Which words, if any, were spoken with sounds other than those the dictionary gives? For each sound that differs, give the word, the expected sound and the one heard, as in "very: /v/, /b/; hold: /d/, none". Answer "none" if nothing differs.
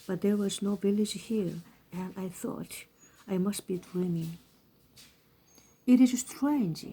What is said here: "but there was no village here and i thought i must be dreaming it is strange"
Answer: none